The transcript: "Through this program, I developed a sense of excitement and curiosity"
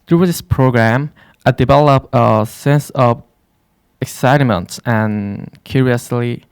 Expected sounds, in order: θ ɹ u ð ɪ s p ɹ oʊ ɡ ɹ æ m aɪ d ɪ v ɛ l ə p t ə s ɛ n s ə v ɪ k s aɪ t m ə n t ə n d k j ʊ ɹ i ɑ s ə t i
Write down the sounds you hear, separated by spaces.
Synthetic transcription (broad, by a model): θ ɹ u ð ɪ s p ɹ oʊ ɡ ɹ æ m aɪ d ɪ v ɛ l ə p ə s ɛ n s ə v ɪ k s aɪ t m ə n t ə n k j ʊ ɹ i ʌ s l i